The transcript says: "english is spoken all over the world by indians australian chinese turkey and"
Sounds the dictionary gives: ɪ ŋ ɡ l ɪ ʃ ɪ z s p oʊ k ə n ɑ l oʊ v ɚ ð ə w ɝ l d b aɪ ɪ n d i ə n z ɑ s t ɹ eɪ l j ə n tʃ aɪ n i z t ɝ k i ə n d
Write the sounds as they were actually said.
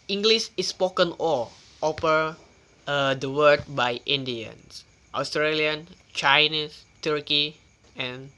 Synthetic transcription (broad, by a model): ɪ ŋ ɡ l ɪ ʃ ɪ s p oʊ k ə n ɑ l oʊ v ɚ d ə w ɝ d b aɪ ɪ n d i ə n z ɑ s t ɹ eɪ l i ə n tʃ aɪ n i s t ɝ k i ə n